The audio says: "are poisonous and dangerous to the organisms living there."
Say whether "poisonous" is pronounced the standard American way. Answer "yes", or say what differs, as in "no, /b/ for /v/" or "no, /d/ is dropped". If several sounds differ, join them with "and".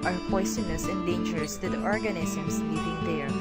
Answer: no, /s/ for /z/